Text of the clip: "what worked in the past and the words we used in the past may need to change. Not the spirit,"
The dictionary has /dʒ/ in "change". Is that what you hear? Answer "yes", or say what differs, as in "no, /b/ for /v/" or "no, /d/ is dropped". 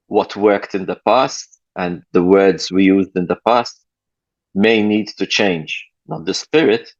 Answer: yes